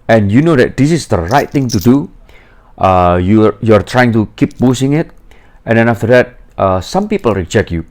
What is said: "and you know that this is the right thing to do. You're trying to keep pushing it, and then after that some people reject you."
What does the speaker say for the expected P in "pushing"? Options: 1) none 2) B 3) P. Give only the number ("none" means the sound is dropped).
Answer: 2